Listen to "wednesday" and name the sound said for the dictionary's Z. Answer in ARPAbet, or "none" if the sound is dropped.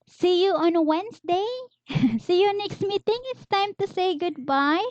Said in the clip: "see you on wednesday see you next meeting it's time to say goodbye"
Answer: S